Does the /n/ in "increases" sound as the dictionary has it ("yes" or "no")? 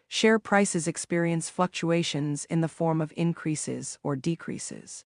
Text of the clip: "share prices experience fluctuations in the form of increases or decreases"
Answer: yes